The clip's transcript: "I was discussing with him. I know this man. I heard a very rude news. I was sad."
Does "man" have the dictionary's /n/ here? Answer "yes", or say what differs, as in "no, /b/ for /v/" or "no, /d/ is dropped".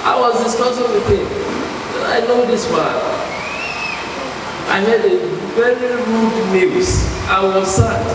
no, /n/ is dropped